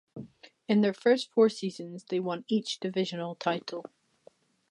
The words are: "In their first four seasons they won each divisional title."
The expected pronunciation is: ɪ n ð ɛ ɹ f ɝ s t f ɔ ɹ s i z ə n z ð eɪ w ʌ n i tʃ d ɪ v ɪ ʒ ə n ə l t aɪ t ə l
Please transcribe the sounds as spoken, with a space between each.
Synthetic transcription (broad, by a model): ɪ n ð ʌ ɹ f ɝ s t f ɔ ɹ s i z ə n z ð eɪ w ʌ n i tʃ d ɪ v ɪ ʒ ə n ə l t aɪ t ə l